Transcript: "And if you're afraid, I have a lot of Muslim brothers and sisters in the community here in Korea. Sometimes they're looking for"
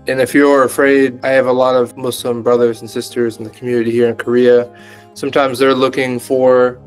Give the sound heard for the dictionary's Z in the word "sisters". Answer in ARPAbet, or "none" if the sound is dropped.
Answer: Z